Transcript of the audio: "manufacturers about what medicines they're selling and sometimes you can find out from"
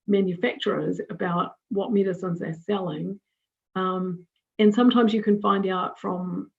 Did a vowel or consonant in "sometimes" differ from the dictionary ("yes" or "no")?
no